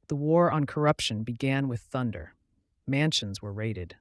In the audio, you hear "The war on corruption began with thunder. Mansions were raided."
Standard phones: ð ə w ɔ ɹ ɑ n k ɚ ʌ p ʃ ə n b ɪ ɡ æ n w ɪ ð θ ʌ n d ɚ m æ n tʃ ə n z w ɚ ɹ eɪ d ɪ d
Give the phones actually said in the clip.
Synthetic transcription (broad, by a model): ð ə w ɔ ɹ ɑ n k ɚ ʌ p ʃ ə n b ɪ ɡ æ n w ɪ ð θ ʌ n d ɚ m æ n ʃ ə n z w ɚ ɹ eɪ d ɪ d